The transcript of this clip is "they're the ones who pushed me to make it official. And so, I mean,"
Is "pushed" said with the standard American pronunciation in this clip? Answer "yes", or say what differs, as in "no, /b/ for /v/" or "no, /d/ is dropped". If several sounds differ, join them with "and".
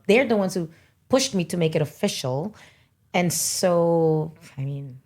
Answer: yes